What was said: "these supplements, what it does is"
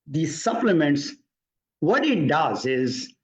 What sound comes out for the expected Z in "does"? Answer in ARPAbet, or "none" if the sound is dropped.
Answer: Z